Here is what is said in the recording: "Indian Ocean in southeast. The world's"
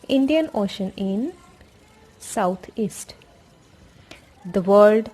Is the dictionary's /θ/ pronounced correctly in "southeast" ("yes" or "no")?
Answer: no